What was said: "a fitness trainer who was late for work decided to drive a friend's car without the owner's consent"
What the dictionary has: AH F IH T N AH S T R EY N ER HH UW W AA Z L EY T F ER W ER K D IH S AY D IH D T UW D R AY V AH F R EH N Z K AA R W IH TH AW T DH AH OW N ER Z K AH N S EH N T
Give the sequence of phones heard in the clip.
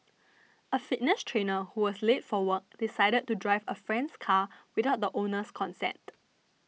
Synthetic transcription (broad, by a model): AH F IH T N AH S T R EY N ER HH UW W AA S L EY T F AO W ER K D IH S AY D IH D T UW D R AY V AH F R EH N S K AA W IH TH AW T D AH OW N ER S K AH N S EH N T